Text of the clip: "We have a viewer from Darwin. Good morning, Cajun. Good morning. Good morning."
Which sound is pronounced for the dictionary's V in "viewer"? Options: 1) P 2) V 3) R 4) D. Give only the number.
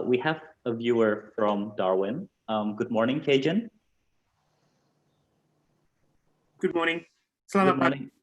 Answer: 2